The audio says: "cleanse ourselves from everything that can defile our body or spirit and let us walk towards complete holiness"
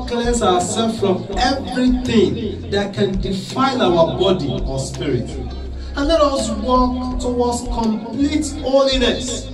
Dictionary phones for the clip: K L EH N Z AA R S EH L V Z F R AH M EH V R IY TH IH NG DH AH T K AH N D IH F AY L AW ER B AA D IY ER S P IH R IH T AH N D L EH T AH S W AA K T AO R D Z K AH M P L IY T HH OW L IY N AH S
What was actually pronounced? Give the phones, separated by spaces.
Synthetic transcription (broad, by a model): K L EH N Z AA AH S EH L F F R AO M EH V R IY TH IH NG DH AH T K AH N D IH F AY N AW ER B AA D IY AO S P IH R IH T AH N L EH T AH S W AA K T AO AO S K AH M P L IY T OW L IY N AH S